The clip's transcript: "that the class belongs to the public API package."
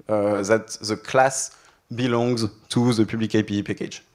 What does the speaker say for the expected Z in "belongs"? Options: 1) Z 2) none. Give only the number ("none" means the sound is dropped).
1